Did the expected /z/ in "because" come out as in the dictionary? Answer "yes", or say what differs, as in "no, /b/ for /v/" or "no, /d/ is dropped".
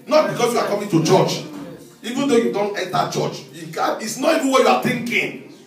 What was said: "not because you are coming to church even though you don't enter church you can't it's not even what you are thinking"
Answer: no, /s/ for /z/